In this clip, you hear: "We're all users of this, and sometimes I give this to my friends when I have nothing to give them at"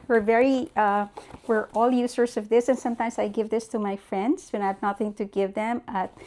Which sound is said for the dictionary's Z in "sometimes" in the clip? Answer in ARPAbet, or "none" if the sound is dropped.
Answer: S